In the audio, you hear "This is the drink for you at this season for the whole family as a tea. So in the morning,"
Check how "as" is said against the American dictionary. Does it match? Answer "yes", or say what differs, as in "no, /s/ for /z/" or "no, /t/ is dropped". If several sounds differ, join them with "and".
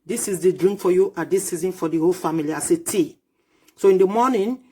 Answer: no, /s/ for /z/